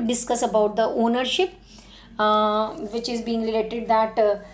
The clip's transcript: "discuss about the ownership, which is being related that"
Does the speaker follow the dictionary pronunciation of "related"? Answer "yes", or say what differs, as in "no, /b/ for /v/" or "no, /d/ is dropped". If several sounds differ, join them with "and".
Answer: no, /l/ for /ɹ/